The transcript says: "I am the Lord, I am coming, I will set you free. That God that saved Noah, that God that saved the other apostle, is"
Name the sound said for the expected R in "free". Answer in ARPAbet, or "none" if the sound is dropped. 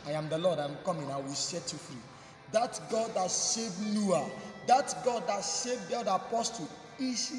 R